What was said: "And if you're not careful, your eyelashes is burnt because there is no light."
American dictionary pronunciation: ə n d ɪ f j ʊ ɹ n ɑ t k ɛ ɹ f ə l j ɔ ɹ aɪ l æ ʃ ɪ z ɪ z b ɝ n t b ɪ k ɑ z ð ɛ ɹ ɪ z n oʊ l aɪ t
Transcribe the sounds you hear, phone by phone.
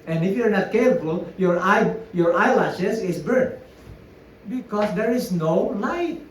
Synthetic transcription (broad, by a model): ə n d ɪ f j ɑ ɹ n ɑ t k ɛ ɹ f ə l j ɔ ɹ aɪ l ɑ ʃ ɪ s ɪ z b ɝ t b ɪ k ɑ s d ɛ ɹ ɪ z n oʊ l aɪ t